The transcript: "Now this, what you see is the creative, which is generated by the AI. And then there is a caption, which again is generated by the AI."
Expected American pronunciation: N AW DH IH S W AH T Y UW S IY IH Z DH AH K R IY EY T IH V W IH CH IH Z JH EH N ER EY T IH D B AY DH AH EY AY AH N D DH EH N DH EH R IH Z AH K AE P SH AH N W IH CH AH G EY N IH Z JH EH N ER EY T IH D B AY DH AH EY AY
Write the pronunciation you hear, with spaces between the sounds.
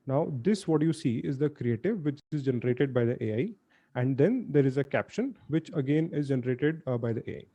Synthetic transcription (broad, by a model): N AW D IH S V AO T Y UW S IY IH Z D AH K R IY EY T IH V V IH CH IH Z JH EH N ER EY T IH D B AY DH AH EY AY AH N D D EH N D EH R IH Z AH K AE P SH AH N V IH CH AH G EY N IH Z JH EH N ER EY T IH D B AY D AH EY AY